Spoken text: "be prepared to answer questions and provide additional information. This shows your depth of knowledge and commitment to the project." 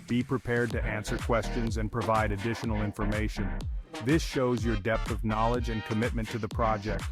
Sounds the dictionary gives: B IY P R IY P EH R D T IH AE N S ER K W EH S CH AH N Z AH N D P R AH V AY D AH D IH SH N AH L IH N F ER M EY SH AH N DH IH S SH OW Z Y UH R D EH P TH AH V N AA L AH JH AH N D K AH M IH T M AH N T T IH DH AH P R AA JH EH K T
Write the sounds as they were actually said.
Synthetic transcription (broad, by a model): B IY P R IY P EH R D T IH AE N S ER K W EH S CH AH N Z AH N P R AH V AY D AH D IH SH N L IH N F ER M EY SH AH N DH IH S SH OW Z Y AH R D EH P TH AH V N AA L AH JH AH N K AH M IH T M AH N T T IH DH AH P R AA JH EH K T